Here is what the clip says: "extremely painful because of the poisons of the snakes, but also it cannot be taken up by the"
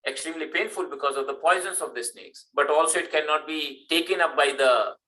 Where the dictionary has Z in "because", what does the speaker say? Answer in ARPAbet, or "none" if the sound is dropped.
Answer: Z